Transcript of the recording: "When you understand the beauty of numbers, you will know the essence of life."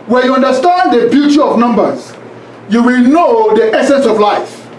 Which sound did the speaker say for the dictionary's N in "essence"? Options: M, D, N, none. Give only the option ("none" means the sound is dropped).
N